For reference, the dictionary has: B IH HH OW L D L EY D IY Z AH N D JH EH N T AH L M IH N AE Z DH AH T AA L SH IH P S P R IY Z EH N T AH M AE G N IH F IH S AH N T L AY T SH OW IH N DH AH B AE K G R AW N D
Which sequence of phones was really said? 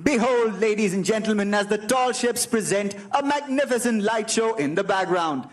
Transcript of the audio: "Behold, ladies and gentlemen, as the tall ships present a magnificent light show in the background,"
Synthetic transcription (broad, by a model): B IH HH OW L D L EY D IY Z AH N JH EH N T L M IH N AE Z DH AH T AA L SH IH P S P R IY Z EH N T AH M AE G N IH F IH S AH N T L AY T SH OW IH N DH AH B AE K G R AW N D